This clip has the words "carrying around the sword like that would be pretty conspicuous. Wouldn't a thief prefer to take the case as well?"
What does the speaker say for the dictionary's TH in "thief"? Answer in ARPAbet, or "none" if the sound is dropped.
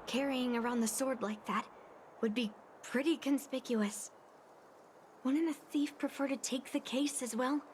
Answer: TH